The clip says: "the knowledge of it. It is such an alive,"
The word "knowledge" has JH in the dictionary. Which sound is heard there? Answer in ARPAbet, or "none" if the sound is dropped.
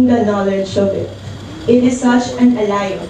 SH